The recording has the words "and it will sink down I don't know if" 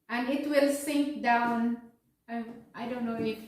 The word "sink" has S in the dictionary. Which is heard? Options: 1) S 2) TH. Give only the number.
1